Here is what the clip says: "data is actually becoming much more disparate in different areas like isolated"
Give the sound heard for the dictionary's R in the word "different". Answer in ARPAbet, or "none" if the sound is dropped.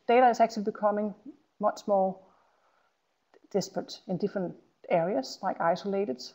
R